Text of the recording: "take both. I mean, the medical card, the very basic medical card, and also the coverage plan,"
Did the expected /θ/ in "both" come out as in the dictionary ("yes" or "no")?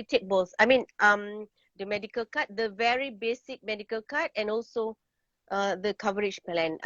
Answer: no